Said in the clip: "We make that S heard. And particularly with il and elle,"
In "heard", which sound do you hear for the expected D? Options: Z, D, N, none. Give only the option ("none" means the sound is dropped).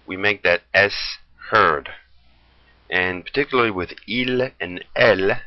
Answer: D